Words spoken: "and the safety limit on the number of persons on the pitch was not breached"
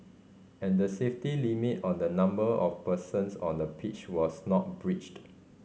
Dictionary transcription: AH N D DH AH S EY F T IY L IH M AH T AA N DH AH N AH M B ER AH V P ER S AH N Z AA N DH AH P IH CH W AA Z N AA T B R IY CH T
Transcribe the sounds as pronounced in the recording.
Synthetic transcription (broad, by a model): AH N D AH S EY F T IY L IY M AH T AA N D AH N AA M B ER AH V P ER S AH N S AA N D AH P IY CH W AA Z N AA T B R IY CH T